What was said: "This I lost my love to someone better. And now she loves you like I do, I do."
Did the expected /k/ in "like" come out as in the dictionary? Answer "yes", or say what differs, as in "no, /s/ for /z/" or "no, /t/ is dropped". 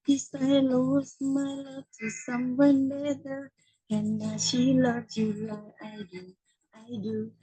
no, /k/ is dropped